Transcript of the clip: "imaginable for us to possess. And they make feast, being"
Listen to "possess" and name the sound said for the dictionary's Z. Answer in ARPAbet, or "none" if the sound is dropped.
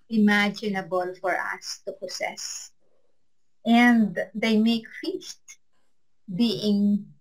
S